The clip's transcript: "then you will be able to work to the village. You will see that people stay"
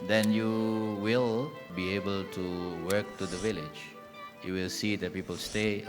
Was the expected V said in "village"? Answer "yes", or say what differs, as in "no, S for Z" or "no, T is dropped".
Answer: yes